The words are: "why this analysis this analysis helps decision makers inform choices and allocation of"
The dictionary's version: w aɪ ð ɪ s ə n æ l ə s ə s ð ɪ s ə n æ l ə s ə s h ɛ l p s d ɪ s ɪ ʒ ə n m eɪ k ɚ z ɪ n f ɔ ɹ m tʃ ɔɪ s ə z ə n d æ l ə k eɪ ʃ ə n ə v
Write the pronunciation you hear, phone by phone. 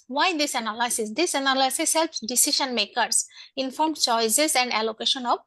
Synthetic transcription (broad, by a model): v aɪ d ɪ s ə n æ l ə s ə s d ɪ s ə n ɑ l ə s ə s h ɛ l p s d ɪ s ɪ ʃ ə n m eɪ k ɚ s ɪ n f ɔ ɹ m tʃ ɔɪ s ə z ə n d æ l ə k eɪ ʃ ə n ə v